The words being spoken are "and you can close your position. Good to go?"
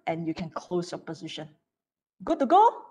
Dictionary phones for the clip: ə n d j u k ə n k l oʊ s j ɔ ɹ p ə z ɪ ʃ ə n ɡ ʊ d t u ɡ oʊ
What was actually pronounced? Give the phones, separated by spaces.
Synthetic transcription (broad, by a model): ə n j u k ə n k l oʊ s j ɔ p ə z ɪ ʃ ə n ɡ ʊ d t u ɡ oʊ